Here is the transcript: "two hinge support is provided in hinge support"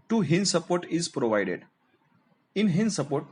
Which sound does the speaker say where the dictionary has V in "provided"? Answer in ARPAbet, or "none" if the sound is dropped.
V